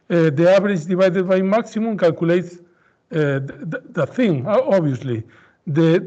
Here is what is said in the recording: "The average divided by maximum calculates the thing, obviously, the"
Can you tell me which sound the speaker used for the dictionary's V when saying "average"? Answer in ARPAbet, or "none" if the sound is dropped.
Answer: B